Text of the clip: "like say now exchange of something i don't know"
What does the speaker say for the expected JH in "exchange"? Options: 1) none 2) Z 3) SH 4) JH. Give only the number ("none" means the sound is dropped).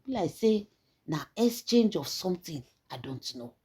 4